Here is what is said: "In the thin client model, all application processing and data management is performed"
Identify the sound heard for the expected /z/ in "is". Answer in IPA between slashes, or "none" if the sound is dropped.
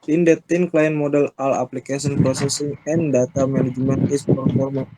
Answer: /s/